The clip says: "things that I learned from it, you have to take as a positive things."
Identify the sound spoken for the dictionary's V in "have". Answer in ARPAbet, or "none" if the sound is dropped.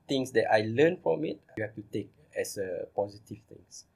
F